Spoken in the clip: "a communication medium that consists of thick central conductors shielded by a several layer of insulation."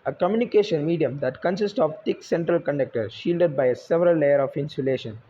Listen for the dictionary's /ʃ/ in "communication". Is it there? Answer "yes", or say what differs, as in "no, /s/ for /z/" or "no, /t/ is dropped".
yes